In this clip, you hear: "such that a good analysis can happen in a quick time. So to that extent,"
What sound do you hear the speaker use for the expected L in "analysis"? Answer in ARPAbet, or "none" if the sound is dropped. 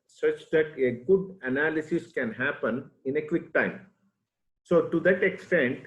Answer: L